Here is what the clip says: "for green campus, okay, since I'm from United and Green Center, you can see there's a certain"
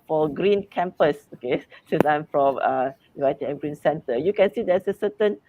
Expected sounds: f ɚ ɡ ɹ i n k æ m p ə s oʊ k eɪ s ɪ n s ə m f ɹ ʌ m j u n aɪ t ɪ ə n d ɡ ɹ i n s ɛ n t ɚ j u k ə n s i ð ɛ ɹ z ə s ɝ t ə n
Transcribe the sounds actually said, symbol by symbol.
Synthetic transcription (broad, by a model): f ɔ ɡ ɹ i n k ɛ m p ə s oʊ k eɪ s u s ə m f ɹ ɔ m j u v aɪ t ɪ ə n ɡ ɹ i n s ɛ n t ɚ j u k ə n s i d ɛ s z ə s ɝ t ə n